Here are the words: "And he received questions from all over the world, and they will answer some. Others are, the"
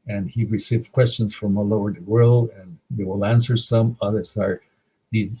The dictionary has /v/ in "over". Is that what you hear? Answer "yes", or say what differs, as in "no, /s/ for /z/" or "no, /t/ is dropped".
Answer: no, /v/ is dropped